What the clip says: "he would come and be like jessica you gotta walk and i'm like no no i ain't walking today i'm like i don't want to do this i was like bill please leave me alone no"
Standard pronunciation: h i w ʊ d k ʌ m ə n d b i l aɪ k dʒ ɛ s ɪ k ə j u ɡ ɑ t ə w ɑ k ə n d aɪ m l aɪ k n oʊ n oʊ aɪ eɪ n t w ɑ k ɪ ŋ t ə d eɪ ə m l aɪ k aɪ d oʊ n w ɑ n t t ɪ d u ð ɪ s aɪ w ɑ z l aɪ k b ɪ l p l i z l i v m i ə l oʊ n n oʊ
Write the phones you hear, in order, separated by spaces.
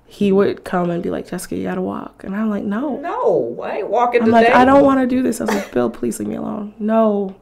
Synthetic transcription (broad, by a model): h i w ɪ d k ʌ m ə n b i l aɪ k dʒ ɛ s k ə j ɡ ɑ t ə w ɑ k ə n aɪ m l aɪ k n oʊ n oʊ aɪ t w ɑ k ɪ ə ə m l aɪ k aɪ d oʊ n w ɑ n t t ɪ d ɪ ð ɪ s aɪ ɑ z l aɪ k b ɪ l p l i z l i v m i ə l oʊ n n oʊ